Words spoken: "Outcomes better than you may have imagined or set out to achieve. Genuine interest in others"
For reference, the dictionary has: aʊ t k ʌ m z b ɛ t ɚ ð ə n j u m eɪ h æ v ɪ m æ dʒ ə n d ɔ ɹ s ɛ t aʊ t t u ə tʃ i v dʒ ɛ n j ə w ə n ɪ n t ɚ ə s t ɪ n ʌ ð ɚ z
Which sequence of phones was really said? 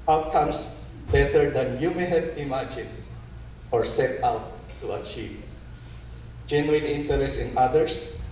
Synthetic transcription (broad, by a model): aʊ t k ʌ m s b ɛ t ɚ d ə n j u m eɪ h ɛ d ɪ m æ dʒ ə n ɔ ɹ s ɛ t aʊ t t u ə tʃ i v dʒ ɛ n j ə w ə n ɪ n t ɚ ə s t ɪ n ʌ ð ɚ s